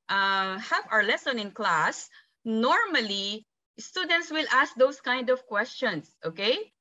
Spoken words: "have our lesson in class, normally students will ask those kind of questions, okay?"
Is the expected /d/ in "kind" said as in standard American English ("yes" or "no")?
yes